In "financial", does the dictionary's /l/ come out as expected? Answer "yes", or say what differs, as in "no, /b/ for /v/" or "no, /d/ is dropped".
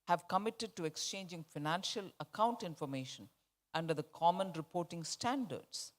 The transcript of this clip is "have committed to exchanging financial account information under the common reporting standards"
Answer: yes